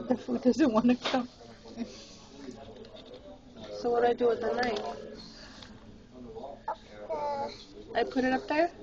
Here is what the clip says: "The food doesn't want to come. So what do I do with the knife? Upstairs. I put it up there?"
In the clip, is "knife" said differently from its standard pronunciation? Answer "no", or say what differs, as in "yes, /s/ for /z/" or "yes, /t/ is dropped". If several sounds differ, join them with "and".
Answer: yes, /f/ is dropped